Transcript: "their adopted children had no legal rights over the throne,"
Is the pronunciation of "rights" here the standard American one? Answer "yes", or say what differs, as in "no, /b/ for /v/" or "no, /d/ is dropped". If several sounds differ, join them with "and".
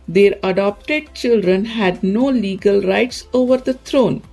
yes